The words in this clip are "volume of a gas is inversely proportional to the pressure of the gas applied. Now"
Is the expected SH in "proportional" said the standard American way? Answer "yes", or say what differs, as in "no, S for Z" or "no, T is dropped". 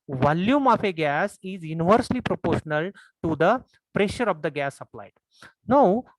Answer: yes